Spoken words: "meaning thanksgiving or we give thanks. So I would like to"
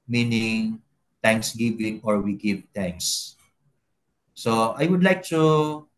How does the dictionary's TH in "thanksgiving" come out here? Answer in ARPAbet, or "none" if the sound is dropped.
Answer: T